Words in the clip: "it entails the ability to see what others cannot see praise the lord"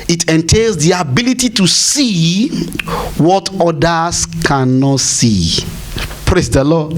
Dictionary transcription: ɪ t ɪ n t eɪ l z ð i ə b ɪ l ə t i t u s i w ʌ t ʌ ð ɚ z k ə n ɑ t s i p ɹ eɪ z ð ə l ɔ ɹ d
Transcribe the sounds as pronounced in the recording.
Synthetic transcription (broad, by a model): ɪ t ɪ n t eɪ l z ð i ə b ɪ l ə t i t u s i w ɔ t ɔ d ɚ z k ə n ɑ t s i p ɹ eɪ s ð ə l ɔ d